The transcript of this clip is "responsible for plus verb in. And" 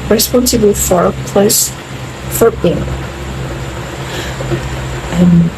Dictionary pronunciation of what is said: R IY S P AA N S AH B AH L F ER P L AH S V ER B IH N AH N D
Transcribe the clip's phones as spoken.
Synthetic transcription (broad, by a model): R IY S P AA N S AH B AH F ER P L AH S F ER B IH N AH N